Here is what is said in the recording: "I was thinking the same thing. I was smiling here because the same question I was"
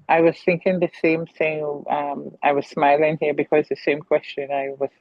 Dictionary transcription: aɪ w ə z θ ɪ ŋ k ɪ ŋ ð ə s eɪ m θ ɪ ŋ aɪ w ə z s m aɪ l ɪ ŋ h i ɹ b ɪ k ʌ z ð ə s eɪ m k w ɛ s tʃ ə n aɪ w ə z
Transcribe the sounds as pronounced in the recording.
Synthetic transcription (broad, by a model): aɪ w ə z θ ɪ ŋ k ɪ ŋ ð ə s eɪ m θ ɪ ŋ aɪ w ə z s m aɪ l ɪ ŋ h i ɹ b ɪ k ʌ z ð ə s eɪ m k w ɛ s tʃ ə n aɪ w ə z